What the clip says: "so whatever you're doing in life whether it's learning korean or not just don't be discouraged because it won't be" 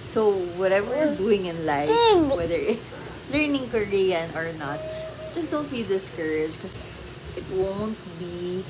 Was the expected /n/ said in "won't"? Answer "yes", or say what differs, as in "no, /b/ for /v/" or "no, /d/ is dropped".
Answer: yes